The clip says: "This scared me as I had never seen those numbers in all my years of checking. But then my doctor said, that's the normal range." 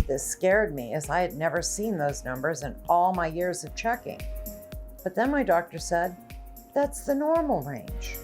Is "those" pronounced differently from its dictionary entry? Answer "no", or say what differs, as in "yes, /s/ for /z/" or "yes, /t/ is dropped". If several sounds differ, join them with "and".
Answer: no